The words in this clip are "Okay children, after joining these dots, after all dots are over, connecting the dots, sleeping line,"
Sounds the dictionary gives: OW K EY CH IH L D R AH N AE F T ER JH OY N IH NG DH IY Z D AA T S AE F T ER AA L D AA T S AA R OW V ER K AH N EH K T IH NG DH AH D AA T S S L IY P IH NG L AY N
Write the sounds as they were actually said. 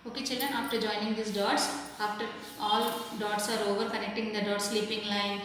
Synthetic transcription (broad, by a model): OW K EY CH IH L D R AH N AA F T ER JH OY N IH NG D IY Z D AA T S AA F T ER AA L D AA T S AA R OW V ER K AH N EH K T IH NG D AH D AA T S S L IY P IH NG L AY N